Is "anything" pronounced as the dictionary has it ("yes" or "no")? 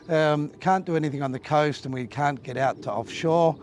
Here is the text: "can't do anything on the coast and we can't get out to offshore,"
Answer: yes